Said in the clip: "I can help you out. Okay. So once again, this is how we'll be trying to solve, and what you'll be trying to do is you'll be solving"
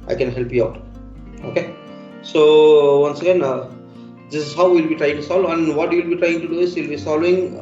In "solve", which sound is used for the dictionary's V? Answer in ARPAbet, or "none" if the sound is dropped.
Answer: none